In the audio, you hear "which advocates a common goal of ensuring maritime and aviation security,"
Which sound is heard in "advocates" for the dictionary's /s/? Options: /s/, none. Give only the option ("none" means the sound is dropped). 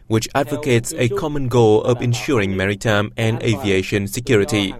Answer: /s/